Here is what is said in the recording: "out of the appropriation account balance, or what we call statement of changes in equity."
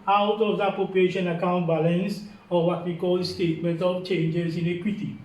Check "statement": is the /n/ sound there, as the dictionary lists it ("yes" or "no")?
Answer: yes